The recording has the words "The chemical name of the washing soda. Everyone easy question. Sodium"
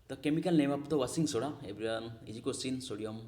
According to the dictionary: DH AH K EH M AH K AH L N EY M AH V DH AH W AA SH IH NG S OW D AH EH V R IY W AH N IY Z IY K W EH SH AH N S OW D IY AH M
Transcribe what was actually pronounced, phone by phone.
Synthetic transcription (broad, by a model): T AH K EH M AH K AH L N EY M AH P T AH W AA S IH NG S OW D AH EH B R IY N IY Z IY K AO S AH N S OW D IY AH M